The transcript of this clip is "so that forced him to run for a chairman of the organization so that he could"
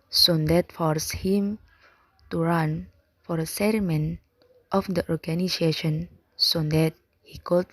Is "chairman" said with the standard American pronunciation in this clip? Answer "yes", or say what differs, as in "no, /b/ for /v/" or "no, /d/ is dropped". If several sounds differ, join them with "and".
no, /s/ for /tʃ/